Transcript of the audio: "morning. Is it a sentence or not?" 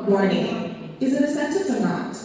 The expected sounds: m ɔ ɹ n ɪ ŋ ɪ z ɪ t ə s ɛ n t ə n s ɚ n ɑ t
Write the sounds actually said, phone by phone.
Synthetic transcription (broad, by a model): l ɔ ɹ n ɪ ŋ ɪ z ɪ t ə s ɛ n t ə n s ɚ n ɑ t